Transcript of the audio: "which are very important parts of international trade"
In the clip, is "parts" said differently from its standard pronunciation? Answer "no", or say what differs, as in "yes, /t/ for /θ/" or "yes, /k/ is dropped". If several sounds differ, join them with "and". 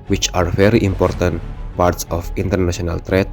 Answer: no